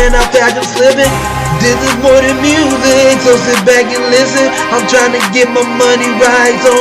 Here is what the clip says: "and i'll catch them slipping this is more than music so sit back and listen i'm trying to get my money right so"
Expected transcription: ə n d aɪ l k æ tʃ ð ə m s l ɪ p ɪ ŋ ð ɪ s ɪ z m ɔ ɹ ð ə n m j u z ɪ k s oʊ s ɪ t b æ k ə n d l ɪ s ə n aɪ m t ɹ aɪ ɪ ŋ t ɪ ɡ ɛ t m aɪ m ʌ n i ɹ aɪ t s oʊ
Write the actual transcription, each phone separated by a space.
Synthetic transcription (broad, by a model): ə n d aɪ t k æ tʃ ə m s l ɪ p ɪ ŋ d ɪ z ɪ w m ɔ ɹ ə m j u z ɪ k s oʊ s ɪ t b æ k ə n l ɪ s ə n aɪ m t ɹ aɪ ɪ ŋ t ɪ ɡ ɛ t m aɪ m ʌ n i ɹ aɪ t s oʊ